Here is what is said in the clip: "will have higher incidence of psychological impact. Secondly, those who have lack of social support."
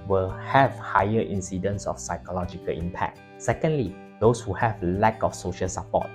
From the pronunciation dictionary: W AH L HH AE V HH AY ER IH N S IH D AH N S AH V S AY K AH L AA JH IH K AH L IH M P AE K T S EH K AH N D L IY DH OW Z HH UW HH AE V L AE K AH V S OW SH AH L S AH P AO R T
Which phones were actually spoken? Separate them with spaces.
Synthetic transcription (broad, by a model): W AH L HH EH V HH AY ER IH N S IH D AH N S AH F S AY K AH L AA JH IH K AH L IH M P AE K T S EH K AH N D L IY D OW S HH UW HH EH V L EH K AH F S OW SH AH L S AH P AO T